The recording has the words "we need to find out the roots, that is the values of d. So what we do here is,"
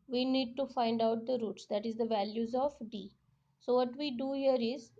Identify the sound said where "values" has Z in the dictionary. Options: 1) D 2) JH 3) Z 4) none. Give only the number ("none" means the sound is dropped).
3